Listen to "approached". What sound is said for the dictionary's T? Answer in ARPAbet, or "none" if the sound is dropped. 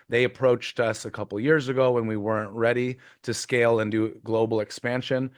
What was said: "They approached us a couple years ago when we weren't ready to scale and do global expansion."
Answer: T